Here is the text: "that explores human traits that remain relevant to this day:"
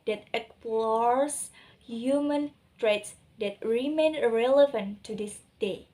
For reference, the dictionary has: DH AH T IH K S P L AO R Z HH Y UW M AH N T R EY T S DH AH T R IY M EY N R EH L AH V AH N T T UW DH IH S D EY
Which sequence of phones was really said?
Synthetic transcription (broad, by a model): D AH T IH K P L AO R S HH Y UW M AH N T R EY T S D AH T R IY M EY N R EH L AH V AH N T T UW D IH S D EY